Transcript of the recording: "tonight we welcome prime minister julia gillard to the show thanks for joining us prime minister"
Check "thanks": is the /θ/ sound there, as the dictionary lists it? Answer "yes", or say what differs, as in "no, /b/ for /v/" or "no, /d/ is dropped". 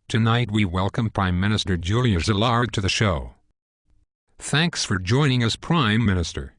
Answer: yes